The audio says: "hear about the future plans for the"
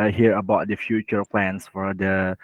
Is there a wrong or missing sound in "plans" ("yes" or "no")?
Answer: yes